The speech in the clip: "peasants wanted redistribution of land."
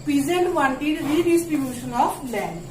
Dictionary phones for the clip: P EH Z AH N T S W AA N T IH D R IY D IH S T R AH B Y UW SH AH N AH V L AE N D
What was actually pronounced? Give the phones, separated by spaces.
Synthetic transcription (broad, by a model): P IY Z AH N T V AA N T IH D R IY D IH S T R AH B Y UW SH AH N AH P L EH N